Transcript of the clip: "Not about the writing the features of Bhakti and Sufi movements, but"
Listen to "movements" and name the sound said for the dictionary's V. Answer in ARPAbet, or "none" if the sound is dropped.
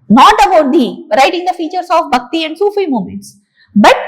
none